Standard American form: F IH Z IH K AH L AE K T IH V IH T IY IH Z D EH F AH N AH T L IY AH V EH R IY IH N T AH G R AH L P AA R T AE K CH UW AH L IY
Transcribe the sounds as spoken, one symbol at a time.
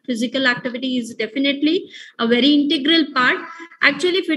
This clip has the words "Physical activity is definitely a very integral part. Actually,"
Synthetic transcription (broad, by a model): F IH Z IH K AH L AE K T IH V IH T IY IH Z D EH F AH N AH T L IY AH V EH R IY IH N T AH G R AH L P AA R T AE K CH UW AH L IY